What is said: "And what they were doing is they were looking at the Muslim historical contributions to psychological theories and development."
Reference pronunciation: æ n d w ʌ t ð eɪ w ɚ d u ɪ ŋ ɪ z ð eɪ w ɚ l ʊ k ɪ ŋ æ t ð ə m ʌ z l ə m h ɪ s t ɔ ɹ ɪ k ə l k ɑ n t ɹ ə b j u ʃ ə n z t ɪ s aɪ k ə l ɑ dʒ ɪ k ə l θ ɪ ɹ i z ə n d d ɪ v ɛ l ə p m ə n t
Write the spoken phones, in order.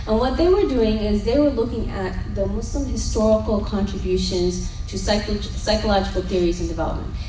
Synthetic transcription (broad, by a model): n w ʌ t ð eɪ w ɚ d u ɪ ŋ ɪ z ð eɪ w ɚ l ʊ k ɪ ŋ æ t ð ə m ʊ s l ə m h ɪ s t ɔ ɹ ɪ k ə l k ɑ n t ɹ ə b j u ʃ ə n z t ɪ s aɪ k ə l ɑ dʒ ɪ k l θ ɪ ɹ i z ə n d d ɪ v ɛ l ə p m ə n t